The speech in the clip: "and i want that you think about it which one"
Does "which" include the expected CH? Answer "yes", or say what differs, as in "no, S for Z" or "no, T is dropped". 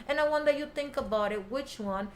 yes